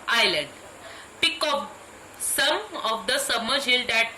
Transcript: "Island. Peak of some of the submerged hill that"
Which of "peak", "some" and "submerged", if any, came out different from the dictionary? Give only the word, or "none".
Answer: submerged